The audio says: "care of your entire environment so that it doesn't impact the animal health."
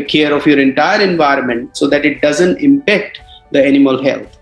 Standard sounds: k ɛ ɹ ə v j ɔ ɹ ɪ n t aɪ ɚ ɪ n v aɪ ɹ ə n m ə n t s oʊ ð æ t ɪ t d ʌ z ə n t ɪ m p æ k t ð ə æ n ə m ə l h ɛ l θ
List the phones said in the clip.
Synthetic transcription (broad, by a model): k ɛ ɹ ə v j ɔ ɹ ɪ n t aɪ ɚ ɪ n v aɪ ɹ ə n m ə n t s oʊ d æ t ɪ t d ʌ z ə n t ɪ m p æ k t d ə æ n ə m ə l h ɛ l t